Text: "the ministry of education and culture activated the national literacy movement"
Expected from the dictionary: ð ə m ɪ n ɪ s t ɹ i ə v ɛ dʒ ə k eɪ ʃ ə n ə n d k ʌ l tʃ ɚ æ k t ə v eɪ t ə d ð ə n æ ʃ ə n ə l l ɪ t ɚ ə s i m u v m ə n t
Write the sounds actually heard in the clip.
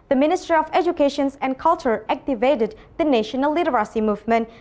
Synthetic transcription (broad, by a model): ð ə m ɪ n ɪ s t ɹ i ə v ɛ dʒ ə k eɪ ʃ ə n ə n k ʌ l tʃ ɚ æ k t ə v eɪ t ə d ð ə n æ ʃ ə n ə l n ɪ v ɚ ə s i m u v m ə n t